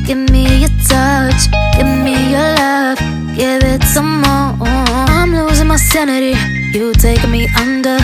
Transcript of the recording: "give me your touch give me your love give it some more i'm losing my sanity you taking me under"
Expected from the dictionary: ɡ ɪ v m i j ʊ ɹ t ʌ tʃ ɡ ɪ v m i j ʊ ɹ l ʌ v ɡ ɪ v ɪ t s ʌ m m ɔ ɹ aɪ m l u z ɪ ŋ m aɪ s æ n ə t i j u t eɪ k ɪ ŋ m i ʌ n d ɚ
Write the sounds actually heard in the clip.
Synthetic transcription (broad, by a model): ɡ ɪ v m i j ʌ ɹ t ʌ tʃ ɡ ɪ v m i j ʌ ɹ l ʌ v ɡ ɪ v ɪ t s ʌ m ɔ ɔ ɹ aɪ m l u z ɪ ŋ m aɪ s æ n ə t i j u t eɪ ɪ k m i ʌ n d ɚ